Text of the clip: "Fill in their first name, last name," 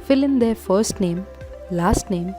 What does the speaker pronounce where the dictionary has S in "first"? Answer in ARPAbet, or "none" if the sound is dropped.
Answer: S